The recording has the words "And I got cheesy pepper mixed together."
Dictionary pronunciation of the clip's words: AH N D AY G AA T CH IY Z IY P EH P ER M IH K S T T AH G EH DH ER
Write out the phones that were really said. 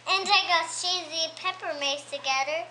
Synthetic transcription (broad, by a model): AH N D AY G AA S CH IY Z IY P EH P ER M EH S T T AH G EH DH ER